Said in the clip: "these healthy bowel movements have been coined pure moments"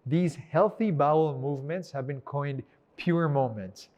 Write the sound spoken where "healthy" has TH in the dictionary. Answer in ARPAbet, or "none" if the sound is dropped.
TH